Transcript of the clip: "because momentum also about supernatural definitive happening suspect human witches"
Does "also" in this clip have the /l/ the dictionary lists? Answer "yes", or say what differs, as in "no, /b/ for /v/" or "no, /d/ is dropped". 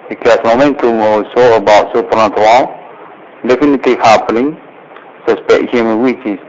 no, /w/ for /l/